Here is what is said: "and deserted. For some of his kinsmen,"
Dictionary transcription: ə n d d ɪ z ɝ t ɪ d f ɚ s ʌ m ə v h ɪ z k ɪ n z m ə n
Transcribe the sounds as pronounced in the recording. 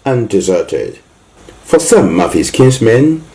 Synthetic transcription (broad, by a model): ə n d d ɪ z ɝ t ɪ d f ɚ s ʌ m ə v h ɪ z k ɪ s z m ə n